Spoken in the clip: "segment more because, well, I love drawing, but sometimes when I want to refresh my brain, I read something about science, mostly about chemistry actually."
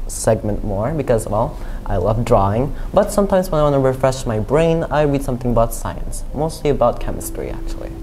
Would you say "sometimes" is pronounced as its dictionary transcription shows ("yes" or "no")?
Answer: yes